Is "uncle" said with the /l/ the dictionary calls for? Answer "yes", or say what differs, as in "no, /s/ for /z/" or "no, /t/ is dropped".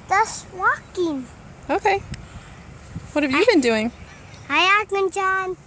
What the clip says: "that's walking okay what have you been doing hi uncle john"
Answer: no, /n/ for /l/